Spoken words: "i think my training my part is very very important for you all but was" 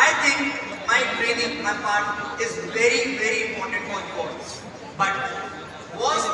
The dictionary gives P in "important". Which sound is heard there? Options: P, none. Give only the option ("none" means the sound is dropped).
none